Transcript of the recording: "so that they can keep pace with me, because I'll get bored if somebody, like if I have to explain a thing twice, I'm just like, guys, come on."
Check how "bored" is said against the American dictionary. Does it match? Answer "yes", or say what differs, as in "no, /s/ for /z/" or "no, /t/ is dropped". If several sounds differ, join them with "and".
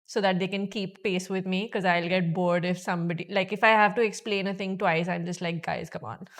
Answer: yes